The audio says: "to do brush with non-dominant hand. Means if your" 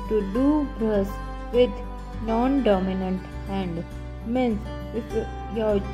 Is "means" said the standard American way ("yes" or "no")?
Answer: no